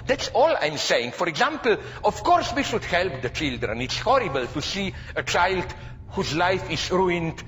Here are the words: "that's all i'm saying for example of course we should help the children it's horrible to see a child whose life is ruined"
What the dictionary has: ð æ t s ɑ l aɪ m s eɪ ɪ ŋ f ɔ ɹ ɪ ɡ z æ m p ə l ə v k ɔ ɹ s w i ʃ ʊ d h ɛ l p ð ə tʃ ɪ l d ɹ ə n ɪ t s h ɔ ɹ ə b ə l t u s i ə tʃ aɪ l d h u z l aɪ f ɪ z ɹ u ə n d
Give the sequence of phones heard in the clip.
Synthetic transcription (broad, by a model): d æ t s ɑ l aɪ m s eɪ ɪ ŋ f ɔ ɹ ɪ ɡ z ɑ m p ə l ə f k ɔ ɹ s w i ʃ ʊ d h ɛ l p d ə tʃ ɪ l d ɹ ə n ɪ t s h ɔ ɹ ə b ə l t u s i ə tʃ aɪ l d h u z l aɪ f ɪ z ɹ u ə n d